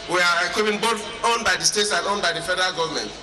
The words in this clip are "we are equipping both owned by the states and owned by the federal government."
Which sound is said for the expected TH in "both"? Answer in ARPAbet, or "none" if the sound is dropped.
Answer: T